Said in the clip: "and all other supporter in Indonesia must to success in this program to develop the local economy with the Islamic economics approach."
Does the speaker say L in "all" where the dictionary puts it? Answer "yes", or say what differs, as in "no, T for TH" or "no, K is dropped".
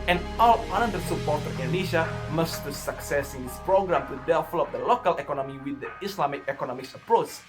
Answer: no, N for L